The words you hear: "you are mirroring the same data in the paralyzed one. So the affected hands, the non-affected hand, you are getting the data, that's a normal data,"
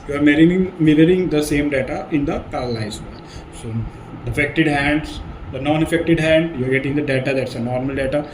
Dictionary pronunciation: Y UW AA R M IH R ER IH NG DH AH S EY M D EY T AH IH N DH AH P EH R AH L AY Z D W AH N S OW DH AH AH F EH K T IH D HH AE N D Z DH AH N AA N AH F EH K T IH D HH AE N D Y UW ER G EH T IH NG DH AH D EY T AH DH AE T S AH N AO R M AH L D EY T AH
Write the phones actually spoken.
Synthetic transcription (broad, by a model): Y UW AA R M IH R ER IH NG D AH S EY M D EY T AH IH N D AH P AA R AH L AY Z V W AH L S OW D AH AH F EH K T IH D HH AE N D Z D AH N AA N AH F EH K T IH D HH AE N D Y UW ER G EH T IH NG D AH D EY T AH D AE T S AH N AO R M AH L D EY T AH